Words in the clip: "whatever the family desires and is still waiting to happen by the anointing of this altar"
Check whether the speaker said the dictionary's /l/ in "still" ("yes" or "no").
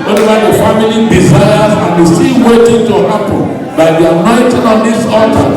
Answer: no